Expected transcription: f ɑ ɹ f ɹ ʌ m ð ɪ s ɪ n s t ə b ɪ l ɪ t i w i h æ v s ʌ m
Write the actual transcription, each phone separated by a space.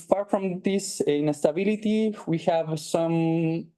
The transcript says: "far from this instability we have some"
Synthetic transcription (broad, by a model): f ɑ ɹ f ɹ ʌ m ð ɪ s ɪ s t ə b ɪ l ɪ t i w i h æ v s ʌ m